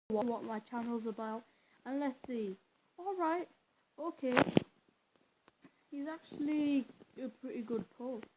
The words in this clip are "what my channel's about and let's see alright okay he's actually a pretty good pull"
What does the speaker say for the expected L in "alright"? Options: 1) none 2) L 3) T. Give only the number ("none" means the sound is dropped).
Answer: 2